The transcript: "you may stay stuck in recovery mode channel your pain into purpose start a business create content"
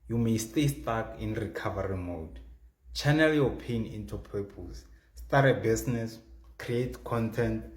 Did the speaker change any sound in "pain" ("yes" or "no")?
no